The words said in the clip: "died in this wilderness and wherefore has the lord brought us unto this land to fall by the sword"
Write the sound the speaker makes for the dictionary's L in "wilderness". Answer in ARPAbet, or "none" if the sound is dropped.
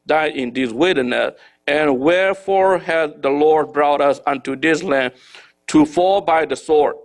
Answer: none